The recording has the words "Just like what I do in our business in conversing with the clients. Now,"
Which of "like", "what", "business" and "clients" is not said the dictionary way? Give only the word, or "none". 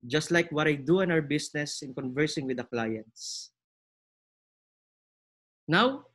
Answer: business